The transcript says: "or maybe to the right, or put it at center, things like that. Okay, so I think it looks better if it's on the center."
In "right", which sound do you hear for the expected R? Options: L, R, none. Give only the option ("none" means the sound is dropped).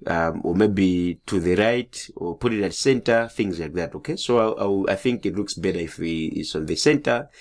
R